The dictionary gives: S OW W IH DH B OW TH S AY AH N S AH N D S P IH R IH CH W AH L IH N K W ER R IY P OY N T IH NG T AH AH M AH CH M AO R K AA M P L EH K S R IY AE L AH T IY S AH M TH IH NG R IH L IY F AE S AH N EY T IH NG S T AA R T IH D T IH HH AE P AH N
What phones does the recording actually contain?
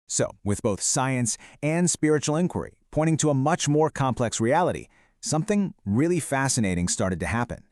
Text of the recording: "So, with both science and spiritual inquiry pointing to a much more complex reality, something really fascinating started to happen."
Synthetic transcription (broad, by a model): S OW W IH DH B OW TH S AY AH N S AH N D S P IH R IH CH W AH L IH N K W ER R IY P OY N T IH NG T AH AH M AH CH M AO R K AA M P L EH K S R IY AE L AH T IY S AH M TH IH NG R IH L IY F AE S AH N EY T IH NG S T AA R T IH D T IH HH AE P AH N